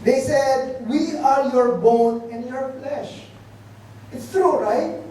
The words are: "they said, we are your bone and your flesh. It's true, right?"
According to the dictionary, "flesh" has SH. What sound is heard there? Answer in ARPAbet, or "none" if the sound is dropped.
SH